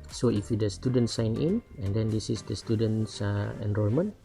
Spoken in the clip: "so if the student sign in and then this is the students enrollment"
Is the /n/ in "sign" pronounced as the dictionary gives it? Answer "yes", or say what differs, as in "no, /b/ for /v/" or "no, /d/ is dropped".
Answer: yes